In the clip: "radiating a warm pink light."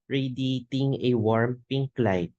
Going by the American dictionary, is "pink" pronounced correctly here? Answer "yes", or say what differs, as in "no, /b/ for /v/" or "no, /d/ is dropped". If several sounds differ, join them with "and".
yes